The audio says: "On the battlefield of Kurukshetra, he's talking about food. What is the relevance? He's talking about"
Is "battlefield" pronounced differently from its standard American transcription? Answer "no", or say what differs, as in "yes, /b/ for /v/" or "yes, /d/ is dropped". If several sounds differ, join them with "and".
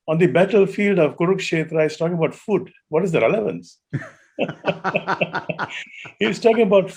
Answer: no